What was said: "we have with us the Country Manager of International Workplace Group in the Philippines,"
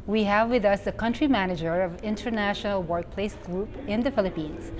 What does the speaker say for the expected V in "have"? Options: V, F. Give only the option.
V